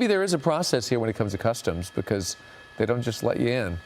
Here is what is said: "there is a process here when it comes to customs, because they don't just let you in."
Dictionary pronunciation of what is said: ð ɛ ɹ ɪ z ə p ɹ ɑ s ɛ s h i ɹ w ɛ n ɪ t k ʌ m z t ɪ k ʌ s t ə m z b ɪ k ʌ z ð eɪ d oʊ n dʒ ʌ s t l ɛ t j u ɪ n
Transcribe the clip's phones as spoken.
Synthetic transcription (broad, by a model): ð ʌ ɹ ɪ z ə p ɹ ɑ s ɛ s h i ɹ w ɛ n ɪ t k ʌ m z t ɪ k ʌ s t ə m z b ɪ k ʌ z ð eɪ d oʊ n dʒ ʌ s t l ɛ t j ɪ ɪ n